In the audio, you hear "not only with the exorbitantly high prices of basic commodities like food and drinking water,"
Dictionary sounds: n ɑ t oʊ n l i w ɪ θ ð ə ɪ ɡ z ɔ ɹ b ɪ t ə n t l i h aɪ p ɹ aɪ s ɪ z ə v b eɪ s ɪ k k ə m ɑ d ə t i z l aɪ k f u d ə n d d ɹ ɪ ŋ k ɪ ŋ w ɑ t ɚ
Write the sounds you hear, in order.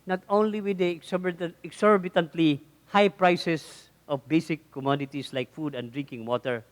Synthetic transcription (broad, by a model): n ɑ t oʊ n l i w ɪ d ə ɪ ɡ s ɔ ɹ b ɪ t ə n t l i h aɪ p ɹ aɪ s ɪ s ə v b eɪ s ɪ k k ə m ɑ d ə t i s l aɪ k f u d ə n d d ɹ ɪ ŋ k ɪ ŋ w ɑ t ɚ